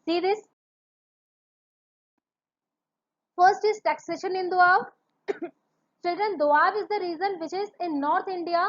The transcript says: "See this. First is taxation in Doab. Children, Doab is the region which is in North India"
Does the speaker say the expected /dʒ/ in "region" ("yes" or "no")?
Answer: no